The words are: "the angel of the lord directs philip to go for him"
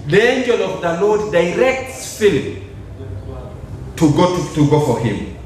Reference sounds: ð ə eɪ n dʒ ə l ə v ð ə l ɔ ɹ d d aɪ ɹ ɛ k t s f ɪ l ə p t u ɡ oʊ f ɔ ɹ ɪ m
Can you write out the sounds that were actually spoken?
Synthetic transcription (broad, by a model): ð eɪ n dʒ ə l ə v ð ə l ɔ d d aɪ ɹ ɛ k t s f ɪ l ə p t u ɡ oʊ f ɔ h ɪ m